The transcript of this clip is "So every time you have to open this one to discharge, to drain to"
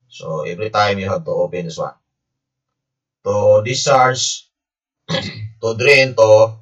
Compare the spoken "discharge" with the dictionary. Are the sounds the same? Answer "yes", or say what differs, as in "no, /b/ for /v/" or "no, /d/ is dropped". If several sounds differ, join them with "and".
no, /tʃ/ is dropped